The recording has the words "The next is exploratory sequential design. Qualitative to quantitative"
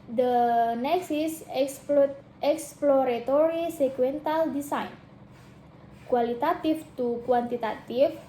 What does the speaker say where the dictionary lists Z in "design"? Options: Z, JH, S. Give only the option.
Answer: S